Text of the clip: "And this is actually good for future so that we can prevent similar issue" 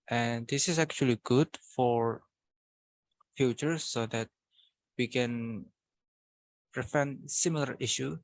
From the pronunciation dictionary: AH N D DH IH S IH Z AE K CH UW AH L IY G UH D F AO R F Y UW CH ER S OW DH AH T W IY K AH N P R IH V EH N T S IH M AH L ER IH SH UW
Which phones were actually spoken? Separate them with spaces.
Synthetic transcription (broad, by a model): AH N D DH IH S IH S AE K CH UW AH L IY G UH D F AO R F Y UW CH ER S OW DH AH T W IY K AH N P R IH F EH N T S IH M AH L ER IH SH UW